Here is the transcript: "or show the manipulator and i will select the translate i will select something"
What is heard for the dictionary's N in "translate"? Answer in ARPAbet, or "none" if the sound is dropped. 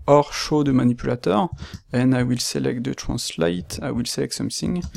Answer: none